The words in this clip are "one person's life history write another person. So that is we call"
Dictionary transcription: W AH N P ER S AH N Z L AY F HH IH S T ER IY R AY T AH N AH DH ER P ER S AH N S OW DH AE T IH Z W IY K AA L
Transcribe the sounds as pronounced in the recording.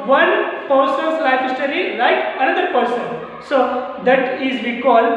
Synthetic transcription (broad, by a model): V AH N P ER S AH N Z L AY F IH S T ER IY L AY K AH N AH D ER P ER S AH N S OW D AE T IH Z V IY K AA L